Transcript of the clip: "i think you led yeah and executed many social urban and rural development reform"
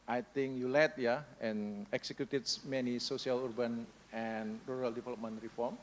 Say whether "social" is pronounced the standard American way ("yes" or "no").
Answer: no